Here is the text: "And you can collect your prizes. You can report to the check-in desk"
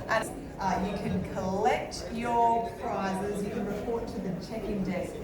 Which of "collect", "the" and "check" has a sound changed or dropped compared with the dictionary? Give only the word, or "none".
none